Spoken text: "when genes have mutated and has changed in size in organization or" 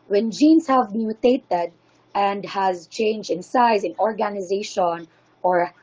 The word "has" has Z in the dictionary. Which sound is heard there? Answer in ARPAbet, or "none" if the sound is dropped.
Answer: Z